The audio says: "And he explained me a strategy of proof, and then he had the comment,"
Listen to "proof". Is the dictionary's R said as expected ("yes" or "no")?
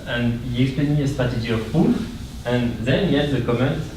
no